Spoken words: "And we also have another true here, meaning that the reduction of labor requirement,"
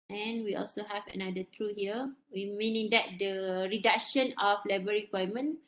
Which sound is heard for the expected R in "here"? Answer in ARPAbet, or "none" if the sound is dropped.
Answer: W